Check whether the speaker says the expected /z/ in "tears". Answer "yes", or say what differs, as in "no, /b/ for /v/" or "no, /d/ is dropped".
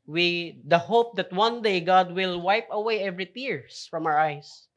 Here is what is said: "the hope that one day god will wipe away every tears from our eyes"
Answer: no, /s/ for /z/